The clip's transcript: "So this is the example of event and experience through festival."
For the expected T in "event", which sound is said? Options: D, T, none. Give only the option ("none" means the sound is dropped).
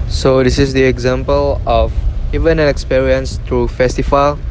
none